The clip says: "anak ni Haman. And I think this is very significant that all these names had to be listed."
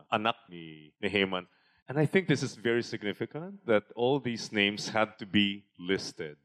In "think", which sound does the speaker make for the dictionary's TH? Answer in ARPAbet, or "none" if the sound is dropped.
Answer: TH